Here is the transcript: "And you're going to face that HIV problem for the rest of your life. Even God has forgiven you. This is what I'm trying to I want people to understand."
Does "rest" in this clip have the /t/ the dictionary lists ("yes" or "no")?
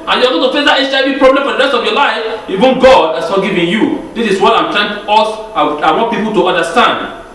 yes